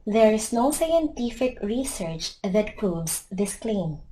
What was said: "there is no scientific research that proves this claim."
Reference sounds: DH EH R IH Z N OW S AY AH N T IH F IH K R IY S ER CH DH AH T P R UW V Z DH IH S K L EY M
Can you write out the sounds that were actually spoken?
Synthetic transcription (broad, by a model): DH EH R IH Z N OW S AY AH N T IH F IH K R IY S ER CH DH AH T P R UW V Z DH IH S K L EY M